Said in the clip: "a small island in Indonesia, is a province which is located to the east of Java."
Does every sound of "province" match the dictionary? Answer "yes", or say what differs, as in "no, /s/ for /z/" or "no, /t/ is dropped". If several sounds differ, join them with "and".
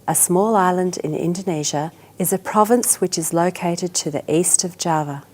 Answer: yes